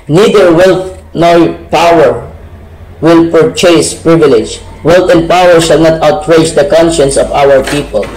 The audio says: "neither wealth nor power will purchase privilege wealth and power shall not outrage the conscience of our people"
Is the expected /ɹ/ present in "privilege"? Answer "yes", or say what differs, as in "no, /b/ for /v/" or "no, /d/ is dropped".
yes